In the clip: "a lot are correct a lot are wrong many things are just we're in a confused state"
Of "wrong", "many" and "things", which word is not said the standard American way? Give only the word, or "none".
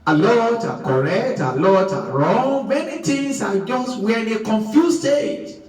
things